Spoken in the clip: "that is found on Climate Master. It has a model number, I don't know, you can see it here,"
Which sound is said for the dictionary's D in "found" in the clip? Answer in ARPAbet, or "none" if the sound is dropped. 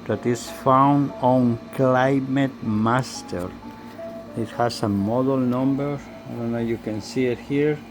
D